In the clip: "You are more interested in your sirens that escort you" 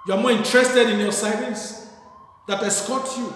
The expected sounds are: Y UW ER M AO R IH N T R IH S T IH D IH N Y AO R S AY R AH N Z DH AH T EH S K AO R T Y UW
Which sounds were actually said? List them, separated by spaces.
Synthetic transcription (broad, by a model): Y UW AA M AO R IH N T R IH S T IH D IH N Y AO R S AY L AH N S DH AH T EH S K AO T Y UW